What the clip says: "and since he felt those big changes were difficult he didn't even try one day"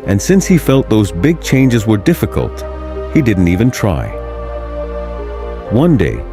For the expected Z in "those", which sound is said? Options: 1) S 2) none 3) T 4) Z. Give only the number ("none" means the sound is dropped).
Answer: 4